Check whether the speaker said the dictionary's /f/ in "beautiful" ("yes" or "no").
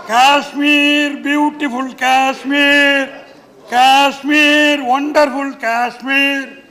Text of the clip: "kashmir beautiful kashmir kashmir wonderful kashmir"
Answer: no